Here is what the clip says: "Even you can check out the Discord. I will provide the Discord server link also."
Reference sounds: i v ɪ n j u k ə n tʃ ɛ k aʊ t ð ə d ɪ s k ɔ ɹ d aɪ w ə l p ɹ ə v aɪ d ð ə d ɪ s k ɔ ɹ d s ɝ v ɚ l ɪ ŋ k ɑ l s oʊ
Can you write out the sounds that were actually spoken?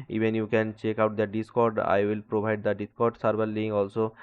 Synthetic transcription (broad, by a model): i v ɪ n j u k ə n tʃ ɛ k aʊ t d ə d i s k ɔ ɹ d aɪ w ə l p ɹ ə b aɪ d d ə d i s k ɔ ɹ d s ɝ b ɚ l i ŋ ɑ l s oʊ